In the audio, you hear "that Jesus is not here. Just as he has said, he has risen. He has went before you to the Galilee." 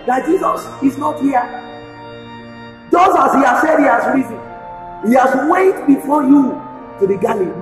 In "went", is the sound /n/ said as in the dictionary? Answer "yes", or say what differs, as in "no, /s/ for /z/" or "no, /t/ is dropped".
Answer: no, /n/ is dropped